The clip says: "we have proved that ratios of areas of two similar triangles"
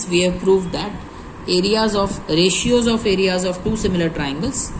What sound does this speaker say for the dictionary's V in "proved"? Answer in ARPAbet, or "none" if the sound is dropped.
V